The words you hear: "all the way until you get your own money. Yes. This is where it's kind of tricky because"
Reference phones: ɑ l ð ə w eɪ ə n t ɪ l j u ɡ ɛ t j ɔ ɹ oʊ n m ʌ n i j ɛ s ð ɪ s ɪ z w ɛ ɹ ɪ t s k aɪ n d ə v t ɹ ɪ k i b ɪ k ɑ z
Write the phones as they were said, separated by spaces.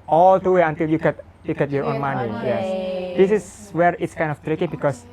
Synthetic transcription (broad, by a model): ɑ l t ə w eɪ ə n t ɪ l j u ɡ ɛ t j ɔ ɹ oʊ n m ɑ n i j ɛ s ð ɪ s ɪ s w ɛ ɹ ɪ t s k aɪ n d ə f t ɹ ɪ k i b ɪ k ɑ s